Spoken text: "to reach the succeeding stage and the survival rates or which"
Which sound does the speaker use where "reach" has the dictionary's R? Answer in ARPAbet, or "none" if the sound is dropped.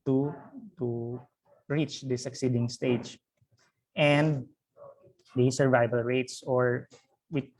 R